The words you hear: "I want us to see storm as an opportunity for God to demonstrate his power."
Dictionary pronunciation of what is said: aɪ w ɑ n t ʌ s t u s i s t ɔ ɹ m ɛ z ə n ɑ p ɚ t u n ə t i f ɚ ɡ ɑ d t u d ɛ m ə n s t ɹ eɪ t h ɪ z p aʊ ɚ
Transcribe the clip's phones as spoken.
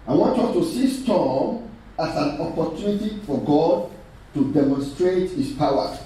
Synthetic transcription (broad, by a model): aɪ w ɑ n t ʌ t u s i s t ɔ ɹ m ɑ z ə n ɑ p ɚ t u n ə t i f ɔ ɡ ɑ d t u d ɛ m ə n s t ɹ eɪ t h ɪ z p aʊ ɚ